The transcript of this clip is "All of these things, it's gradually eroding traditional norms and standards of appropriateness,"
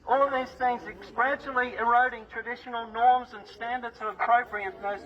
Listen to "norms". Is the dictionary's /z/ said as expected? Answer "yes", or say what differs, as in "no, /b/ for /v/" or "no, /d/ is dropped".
yes